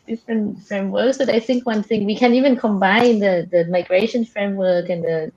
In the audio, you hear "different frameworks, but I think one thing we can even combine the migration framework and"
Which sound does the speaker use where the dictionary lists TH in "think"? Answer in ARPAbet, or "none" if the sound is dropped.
TH